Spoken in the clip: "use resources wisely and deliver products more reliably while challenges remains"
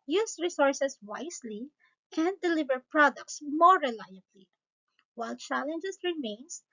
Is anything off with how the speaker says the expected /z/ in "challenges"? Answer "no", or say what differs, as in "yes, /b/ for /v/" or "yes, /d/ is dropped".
yes, /s/ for /z/